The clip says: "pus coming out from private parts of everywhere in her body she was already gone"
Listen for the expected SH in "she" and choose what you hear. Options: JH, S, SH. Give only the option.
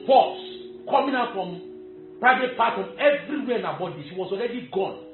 S